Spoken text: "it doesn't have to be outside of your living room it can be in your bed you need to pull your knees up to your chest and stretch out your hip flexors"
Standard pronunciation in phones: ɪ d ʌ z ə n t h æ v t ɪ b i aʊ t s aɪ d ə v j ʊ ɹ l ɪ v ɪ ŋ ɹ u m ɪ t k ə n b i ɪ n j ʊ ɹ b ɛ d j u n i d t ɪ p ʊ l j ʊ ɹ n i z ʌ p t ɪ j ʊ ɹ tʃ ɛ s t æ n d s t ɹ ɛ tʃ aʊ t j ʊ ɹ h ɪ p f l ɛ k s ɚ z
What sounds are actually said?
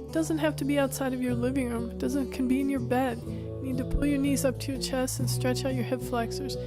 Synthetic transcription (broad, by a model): d ʌ z ə n t h æ f t ɪ b i aʊ t s aɪ d ə v j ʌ ɹ l ɪ v ɪ ŋ ɹ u m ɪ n k ə n b i ɪ n j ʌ ɹ b ɛ d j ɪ n i d t ɪ p ʊ l j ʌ ɹ n i z ʌ p t ɪ j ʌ ɹ tʃ ɛ s t n s t ɹ ɛ tʃ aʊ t j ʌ ɹ h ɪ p f l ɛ k s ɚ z